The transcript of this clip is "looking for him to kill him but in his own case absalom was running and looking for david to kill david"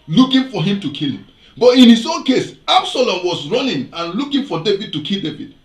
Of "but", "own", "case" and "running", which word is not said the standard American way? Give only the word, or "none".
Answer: none